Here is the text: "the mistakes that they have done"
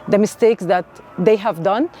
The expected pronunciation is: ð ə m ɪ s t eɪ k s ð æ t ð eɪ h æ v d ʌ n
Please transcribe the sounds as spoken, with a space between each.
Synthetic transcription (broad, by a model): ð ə m ɪ s t eɪ k s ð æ t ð eɪ h æ v d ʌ n